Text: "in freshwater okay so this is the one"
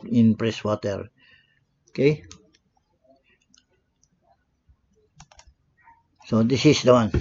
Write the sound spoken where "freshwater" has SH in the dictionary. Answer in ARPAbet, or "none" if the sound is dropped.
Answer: S